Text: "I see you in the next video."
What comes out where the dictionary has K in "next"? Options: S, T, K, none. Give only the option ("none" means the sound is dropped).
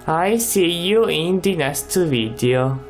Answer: none